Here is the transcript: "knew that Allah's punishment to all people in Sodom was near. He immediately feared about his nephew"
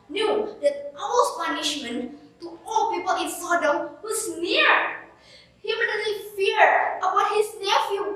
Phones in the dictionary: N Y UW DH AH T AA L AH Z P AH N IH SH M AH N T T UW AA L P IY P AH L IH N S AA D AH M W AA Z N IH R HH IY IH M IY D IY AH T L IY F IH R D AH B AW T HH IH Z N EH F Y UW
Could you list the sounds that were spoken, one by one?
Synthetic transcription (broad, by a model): N Y UW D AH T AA W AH S P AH N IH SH M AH N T T UW AA L P IY P AH L IH N S AA D AH M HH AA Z N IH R HH IY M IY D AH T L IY F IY R AH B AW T HH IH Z N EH F Y UW